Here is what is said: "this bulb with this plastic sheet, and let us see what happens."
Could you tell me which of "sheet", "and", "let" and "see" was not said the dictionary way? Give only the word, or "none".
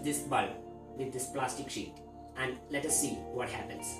none